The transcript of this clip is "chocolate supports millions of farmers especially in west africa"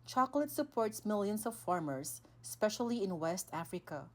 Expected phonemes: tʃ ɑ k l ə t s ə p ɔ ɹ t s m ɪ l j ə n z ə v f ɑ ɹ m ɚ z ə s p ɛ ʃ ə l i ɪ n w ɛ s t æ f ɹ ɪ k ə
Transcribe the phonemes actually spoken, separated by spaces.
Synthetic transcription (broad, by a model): tʃ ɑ k l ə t s ə p ɔ ɹ t s m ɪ l j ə n s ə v f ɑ ɹ m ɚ s ə s p ɛ ʃ ə l i ɪ n w ɛ s t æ f ɹ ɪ k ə